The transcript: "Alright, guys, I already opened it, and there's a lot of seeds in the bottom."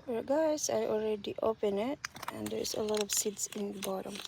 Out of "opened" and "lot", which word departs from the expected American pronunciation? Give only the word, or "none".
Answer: opened